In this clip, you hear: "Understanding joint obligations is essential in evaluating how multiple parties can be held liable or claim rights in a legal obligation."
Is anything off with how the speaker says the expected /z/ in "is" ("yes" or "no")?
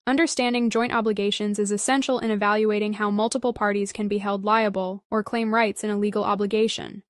no